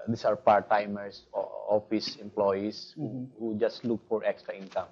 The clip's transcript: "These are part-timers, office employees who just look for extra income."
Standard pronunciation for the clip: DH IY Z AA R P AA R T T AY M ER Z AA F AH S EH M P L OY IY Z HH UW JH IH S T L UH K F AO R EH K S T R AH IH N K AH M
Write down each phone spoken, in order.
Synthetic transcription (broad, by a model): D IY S AA R P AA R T T AY M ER S AA F AH S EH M P L OY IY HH HH UW JH IH S T L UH K F AO R EH K S T R AH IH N K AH M